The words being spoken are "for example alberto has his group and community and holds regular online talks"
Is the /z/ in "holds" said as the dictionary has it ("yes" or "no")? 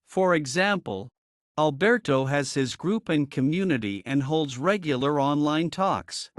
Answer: yes